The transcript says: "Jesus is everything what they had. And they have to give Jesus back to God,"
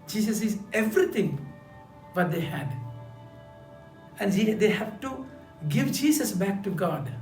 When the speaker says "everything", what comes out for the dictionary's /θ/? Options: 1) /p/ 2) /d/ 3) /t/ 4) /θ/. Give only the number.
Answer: 3